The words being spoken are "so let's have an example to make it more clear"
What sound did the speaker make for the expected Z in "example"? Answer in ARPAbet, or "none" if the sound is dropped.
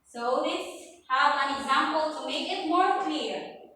Z